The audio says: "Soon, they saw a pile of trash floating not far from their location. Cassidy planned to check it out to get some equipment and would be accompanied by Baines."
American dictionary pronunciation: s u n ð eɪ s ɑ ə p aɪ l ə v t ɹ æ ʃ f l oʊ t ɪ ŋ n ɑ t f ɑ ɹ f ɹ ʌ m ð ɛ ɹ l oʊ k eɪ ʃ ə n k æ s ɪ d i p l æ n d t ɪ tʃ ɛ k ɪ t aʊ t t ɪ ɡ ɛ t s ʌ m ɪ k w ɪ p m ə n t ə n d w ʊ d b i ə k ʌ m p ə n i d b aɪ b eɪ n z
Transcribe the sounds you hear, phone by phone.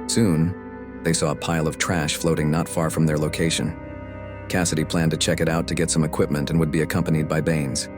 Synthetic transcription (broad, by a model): s u n ð eɪ s ɑ ə p aɪ l ə v t ɹ æ ʃ f l oʊ t ɪ ŋ n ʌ t f ɑ ɹ f ɹ ʌ m ð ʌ ɹ l oʊ k eɪ ʃ ə n k æ s ɪ d i p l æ n t ɪ tʃ ɛ k ɪ t aʊ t t ɪ ɡ ɛ t s ʌ m ɪ k w ɪ p m ə n t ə n w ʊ d b i ə k ʌ m p ə n i d b aɪ b eɪ n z